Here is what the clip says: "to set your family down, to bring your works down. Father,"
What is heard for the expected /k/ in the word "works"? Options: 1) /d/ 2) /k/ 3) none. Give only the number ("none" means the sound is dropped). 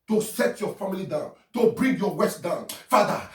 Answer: 3